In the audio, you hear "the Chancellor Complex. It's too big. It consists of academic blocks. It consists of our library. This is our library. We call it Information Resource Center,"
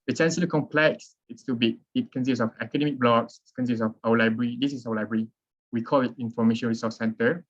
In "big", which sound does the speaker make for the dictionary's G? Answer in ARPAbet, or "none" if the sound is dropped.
none